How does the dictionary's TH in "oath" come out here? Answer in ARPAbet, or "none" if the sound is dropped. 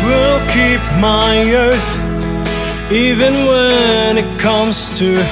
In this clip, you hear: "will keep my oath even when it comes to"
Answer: TH